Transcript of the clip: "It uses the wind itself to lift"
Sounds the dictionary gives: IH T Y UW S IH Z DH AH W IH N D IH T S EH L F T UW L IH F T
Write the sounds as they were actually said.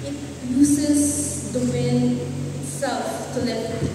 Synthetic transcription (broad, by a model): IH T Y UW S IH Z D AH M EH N IH T S EH L F T UW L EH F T